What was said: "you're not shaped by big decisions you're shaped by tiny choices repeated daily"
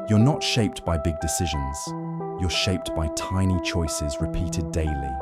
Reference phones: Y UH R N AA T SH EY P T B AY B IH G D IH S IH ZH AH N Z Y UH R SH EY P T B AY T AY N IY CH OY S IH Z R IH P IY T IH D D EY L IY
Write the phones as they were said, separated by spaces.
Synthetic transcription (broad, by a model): Y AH R N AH T SH EY P T B AY B IH G D IH S IH ZH AH N Z Y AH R SH EY P T B AY T AY N IY CH OY S IH Z R IH P IY T IH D D EY L IY